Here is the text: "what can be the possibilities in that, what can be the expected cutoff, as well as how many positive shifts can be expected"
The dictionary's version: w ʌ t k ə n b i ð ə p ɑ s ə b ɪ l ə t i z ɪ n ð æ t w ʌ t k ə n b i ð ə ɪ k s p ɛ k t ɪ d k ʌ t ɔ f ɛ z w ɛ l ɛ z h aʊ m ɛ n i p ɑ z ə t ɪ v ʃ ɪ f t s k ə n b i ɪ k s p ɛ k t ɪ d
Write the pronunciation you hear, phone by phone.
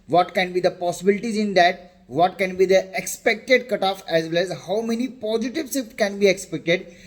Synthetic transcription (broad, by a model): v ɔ t k ə n b i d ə p ɑ s ə b ɪ l ə t i z ɪ n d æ t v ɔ t k ə n b i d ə ɪ k s p ɛ k t ɪ d k ʌ t ɔ f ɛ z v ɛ l ɛ z h aʊ m ɛ n i p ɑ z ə t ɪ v s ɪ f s k ə n b i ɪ k s p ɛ k t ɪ d